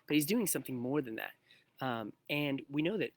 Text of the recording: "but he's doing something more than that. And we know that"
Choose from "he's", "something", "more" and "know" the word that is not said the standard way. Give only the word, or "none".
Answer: none